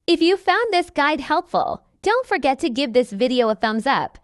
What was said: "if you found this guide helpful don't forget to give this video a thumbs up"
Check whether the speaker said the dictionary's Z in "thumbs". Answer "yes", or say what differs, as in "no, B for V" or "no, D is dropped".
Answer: yes